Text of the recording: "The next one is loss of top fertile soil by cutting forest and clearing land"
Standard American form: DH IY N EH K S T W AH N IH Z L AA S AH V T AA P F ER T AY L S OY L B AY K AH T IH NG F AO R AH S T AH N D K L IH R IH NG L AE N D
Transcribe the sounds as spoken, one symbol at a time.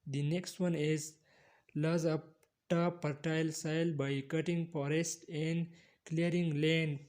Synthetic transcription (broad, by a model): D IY N EH K S T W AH N IH Z L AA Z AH P T AA P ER T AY L S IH L B AY K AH T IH NG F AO R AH S T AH N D K L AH R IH NG L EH N